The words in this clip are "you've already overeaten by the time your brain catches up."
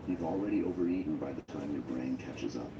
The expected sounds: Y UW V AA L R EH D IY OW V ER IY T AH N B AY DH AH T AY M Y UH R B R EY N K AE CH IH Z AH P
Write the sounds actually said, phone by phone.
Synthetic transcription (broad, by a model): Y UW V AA L R EH D IY OW V ER IY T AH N B AY DH AH T AY M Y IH B R EY N K AE CH IH Z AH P